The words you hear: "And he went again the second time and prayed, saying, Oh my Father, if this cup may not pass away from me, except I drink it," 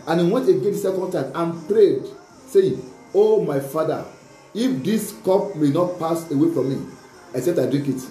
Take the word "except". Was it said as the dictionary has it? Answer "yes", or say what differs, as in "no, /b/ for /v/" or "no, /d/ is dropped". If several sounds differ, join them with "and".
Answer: no, /k/ is dropped